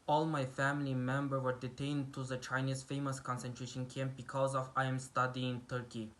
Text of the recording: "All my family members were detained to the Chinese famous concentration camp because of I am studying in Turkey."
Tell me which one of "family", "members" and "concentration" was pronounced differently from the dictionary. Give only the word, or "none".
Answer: members